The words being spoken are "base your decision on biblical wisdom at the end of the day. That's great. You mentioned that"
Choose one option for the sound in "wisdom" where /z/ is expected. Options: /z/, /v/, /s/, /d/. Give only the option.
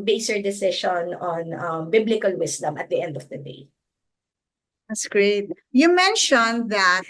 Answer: /s/